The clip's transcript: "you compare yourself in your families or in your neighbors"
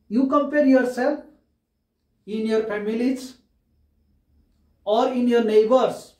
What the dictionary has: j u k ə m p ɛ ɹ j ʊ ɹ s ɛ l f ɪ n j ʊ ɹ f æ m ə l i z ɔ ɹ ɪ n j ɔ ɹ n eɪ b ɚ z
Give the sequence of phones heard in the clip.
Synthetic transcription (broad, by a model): j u k ə m p ɛ ɹ j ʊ ɹ s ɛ l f ɪ n j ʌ ɹ p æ m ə l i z ɔ ɹ ɪ n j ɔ ɹ n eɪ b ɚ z